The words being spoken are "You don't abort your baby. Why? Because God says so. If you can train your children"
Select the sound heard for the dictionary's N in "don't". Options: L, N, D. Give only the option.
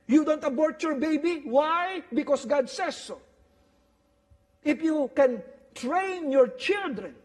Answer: N